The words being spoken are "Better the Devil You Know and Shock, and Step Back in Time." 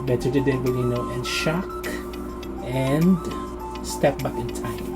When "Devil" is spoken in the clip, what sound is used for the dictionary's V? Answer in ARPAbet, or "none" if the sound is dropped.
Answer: B